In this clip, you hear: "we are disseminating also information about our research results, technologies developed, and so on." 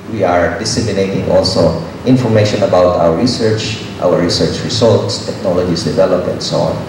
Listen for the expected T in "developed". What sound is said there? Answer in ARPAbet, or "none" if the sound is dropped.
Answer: none